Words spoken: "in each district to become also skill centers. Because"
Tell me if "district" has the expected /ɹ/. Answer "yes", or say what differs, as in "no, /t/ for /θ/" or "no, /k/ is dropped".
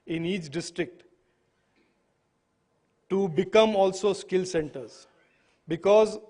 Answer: yes